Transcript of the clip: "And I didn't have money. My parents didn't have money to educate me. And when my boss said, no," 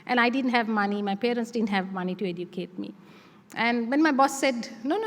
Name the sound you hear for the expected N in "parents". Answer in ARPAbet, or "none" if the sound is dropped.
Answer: N